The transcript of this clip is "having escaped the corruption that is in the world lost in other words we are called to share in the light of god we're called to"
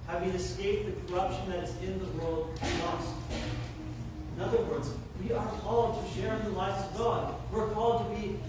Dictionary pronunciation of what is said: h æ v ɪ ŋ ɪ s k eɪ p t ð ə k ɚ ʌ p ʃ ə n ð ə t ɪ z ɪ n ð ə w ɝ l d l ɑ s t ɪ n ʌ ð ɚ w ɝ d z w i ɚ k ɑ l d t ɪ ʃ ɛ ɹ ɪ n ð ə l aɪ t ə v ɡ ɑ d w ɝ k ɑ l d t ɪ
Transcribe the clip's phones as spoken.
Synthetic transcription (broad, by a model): h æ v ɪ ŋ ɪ s k eɪ p ð ə k ɚ ʌ p ʃ ə n ð ə t ɪ z ɪ n ð ə w ɝ l d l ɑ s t ɪ n ʌ ð ɚ w ɝ d z w i ɚ k ɑ l d t ɪ ʃ ɛ ɹ ɪ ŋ ð ə l aɪ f ə v ɡ ɑ d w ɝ k ɑ l d t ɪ